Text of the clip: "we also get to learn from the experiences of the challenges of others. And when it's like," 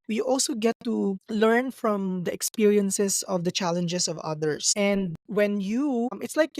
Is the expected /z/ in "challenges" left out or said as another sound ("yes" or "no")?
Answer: yes